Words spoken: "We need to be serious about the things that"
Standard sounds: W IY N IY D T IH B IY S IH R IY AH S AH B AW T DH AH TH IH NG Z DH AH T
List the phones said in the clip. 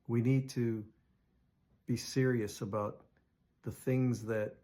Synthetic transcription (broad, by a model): W IY N IY D T IH B IY S IH R IY AH S AH B AW T DH AH TH IH NG Z DH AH T